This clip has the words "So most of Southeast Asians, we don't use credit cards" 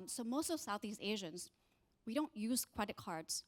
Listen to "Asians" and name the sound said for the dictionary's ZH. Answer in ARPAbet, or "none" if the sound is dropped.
ZH